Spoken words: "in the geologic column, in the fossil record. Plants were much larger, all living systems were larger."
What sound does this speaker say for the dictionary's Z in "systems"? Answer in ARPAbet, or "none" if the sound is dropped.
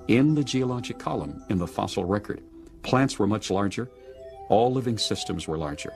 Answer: Z